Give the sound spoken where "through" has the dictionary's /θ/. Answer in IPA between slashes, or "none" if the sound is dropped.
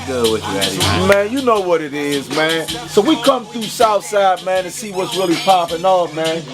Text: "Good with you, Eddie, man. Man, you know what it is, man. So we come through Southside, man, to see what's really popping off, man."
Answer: /θ/